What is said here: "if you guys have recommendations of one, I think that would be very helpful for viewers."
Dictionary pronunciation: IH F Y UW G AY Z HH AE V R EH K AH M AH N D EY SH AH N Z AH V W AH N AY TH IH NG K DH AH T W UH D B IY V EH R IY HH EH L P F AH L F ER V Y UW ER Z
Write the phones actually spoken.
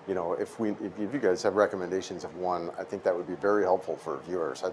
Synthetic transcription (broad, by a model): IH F Y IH G AY Z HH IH V R EH K AH M AH N D EY SH AH N Z AH V W AH N AY TH IH NG K DH AH T W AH D B IY V EH R IY HH EH L P F L F ER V Y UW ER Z